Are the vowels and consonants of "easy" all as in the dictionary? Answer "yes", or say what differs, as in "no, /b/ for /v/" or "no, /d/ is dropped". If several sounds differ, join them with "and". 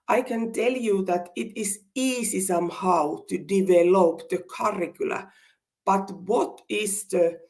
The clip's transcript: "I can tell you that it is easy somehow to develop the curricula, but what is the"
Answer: no, /s/ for /z/